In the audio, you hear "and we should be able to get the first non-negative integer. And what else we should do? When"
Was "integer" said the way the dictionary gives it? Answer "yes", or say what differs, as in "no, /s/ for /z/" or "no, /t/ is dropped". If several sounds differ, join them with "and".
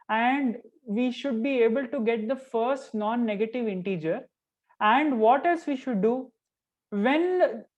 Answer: yes